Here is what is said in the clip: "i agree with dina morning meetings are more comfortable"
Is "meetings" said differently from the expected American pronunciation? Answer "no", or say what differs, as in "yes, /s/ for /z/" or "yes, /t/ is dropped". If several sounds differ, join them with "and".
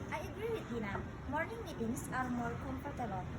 yes, /s/ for /z/